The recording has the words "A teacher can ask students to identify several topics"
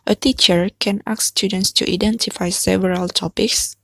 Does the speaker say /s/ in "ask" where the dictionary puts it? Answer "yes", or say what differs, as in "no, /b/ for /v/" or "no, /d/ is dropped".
no, /s/ is dropped